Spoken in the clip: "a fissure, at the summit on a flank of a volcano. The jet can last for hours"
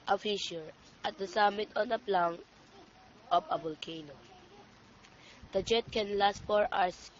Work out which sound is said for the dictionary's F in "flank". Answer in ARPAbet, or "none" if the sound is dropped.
P